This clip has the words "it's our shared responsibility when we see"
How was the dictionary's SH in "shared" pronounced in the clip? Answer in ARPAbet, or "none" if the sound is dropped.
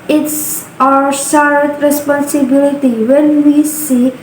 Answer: S